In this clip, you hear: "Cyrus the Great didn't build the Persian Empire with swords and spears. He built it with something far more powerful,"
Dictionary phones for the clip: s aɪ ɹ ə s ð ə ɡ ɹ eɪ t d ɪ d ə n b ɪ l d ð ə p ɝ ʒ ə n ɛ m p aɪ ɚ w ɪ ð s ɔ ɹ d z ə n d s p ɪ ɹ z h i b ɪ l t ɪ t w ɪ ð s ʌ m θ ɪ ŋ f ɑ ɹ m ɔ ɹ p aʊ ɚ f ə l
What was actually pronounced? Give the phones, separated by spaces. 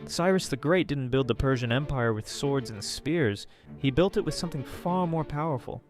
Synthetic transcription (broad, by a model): s aɪ ɹ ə s ð ə ɡ ɹ eɪ t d ɪ d n b ɪ l d ð ə p ɝ ʒ ə n ɛ m p aɪ ɚ w ɪ ð s ɔ ɹ d z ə n s p ɪ ɹ z h i b ɪ l t ɪ t w ɪ ð s ʌ m θ ɪ ŋ f ɑ ɹ m ɔ ɹ p aʊ ɚ f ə l